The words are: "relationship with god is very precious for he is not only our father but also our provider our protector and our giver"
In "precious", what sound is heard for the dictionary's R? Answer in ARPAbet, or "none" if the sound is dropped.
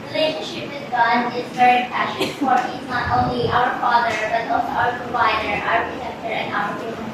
none